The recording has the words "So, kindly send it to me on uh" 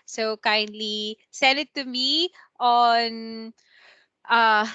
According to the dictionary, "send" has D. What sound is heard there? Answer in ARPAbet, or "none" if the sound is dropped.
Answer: none